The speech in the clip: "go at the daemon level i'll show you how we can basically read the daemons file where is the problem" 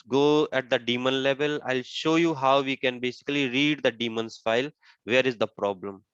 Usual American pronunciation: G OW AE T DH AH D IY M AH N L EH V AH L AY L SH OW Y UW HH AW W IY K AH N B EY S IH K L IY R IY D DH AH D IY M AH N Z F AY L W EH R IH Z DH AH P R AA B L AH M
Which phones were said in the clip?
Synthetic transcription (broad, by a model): G OW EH T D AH D IY M AH N L EH V AH L AY L SH OW Y UW HH AW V IY K AH N B EY S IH K L IY R IY D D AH D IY M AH N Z F AY L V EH R IH Z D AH P R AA B L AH M